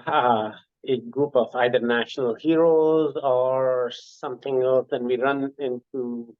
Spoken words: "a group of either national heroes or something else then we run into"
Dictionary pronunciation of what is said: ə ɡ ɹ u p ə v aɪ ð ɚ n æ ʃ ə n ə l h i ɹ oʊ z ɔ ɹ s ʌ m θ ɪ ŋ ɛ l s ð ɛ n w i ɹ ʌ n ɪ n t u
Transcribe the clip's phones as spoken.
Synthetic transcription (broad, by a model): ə ɡ ɹ u p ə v aɪ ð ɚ n æ ʃ ə n ə l h i ɹ oʊ z ɔ ɹ s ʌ m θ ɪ ŋ ɛ l s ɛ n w i ɹ ʌ n ɪ n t u